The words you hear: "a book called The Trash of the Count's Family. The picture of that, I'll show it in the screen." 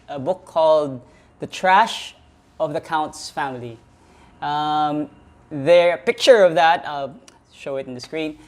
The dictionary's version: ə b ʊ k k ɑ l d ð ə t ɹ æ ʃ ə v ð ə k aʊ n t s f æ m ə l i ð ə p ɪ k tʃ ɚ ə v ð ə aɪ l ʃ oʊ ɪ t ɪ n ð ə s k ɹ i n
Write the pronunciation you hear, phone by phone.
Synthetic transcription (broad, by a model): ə b ʊ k k ɑ l d ð ə t ɹ æ ʃ ə v ð ə k aʊ n t s f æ m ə l i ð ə p ɪ k tʃ ɚ ə v ð ə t ʃ oʊ ɪ t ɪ n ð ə s k ɹ i n